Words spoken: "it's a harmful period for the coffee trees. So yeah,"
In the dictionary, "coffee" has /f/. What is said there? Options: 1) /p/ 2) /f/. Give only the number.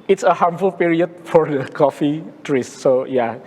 2